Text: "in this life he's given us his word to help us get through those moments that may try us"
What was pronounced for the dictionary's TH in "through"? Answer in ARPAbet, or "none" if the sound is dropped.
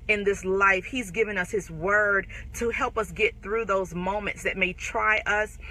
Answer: TH